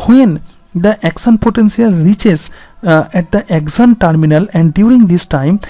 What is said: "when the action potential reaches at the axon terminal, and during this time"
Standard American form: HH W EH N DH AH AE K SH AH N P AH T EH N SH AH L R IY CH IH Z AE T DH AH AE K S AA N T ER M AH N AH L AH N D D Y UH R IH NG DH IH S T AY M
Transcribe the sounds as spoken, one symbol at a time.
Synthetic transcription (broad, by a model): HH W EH N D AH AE K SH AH N P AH T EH N S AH L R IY CH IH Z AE T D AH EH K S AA N T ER M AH N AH L AH N D D Y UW R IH NG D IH S T AY M